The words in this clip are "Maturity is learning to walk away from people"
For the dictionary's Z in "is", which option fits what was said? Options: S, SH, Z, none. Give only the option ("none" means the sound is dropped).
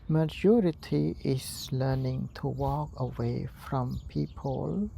S